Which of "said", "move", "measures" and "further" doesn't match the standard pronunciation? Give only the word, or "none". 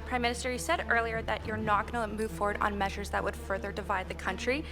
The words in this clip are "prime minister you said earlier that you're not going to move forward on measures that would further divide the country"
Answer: none